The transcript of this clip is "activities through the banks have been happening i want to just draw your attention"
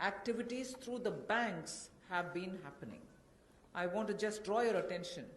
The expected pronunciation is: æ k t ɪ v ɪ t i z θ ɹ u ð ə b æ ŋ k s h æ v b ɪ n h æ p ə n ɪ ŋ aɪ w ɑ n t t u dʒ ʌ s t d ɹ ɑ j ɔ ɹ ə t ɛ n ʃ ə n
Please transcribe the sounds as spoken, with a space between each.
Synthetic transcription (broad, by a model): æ k t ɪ v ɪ t i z t ɹ u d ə b æ ŋ k s h æ v b ɪ n h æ p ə n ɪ ŋ aɪ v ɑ n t t u dʒ ʌ s t d ɹ ɑ j ɔ ɹ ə t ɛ n ʃ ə n